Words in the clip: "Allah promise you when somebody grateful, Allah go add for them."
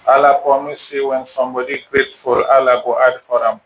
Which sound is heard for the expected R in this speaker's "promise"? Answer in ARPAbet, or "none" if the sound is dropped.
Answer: none